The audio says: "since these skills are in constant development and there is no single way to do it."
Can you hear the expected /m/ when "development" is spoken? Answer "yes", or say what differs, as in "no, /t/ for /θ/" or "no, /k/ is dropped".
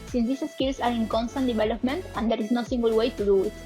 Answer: yes